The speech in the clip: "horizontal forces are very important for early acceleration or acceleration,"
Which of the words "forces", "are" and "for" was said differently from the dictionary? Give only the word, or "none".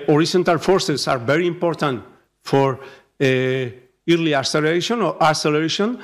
forces